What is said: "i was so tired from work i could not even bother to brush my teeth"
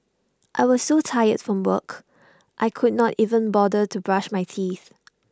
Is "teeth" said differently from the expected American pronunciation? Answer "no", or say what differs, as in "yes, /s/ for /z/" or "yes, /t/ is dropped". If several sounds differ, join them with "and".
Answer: no